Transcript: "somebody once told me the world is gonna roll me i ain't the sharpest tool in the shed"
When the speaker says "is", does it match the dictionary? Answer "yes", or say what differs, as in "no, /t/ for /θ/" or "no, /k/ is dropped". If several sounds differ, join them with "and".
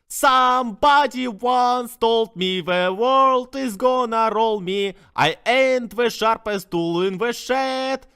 yes